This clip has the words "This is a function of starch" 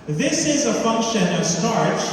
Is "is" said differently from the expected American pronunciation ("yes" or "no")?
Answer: no